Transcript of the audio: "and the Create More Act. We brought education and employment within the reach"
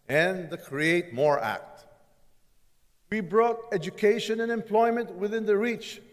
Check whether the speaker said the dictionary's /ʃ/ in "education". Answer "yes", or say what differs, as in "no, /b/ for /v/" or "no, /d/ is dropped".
yes